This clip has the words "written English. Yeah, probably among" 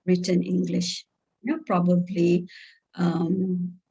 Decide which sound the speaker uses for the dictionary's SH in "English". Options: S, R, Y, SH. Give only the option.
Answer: SH